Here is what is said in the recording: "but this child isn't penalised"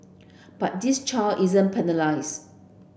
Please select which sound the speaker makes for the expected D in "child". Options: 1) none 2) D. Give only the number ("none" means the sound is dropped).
1